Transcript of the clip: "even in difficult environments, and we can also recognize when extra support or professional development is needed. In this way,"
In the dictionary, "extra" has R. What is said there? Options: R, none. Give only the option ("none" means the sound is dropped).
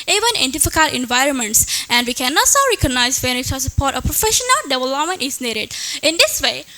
none